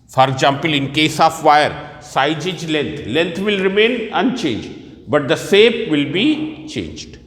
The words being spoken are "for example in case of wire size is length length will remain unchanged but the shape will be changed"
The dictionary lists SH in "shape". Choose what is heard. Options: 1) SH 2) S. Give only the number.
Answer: 2